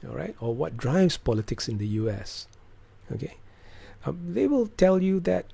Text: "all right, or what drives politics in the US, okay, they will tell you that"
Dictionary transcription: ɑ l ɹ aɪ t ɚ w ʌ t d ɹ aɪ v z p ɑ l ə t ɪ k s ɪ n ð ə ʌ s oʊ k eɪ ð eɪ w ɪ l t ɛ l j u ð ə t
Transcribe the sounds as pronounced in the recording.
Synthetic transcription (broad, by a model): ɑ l ɹ aɪ t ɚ w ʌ t d ɹ aɪ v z p ɑ l ə t ɪ k s ɪ n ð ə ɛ s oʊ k eɪ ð eɪ w ɪ l t ɛ l j u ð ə t